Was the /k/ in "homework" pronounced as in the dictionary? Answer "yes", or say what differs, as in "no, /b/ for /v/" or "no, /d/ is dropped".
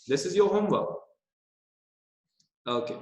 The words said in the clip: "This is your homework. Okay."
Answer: no, /k/ is dropped